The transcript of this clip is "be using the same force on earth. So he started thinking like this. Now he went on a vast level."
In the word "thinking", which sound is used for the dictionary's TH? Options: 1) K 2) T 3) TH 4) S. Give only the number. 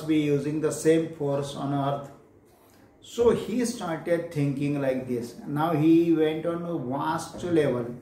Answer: 2